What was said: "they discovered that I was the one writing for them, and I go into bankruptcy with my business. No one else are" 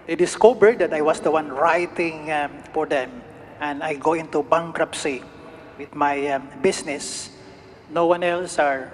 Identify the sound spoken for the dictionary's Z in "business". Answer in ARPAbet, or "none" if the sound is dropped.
S